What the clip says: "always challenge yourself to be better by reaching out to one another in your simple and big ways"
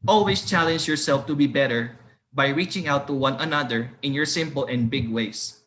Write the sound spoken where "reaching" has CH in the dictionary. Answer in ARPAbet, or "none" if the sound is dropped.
CH